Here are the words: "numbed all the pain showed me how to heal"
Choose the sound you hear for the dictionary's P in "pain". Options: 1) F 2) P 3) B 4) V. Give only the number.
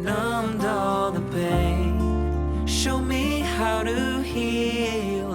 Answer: 3